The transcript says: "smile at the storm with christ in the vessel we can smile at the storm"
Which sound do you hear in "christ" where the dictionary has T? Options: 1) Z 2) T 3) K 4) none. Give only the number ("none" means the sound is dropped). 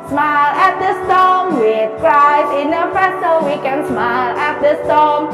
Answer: 4